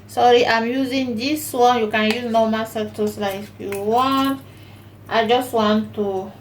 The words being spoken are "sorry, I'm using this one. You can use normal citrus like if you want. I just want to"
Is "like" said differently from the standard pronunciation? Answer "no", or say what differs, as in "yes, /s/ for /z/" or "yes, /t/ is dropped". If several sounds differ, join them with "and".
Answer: yes, /k/ is dropped